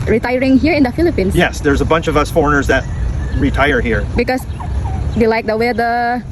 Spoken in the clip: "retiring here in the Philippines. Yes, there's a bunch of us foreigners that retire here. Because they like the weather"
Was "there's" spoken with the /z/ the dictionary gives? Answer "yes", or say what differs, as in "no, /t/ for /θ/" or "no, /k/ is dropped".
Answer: yes